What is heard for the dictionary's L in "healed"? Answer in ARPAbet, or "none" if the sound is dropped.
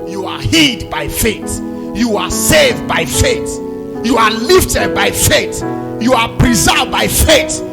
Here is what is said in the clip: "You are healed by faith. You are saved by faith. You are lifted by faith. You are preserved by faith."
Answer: none